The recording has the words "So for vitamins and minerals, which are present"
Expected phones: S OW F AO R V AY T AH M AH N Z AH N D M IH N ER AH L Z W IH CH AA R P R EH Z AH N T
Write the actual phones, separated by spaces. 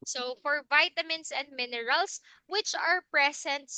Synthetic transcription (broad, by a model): S OW F AO R V AY T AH M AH N S AH N D M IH N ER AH L S W IH CH AA R P R EH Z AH N T